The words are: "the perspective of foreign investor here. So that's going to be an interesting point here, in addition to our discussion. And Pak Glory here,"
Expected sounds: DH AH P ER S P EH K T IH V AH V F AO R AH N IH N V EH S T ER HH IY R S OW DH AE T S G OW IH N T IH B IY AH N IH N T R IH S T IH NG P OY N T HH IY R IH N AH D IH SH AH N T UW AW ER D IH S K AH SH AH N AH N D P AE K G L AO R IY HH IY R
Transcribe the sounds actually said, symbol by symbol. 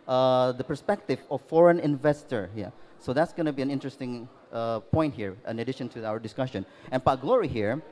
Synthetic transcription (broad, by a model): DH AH P ER S P EH K T IH V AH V F AO R AH N IH N V EH S T ER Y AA S OW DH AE T S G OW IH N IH B IY AH N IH N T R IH S T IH NG P OY N T HH IY R IH N AH D IH SH AH N T UW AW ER D IH S K AH SH AH N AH N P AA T G L AO R IY HH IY R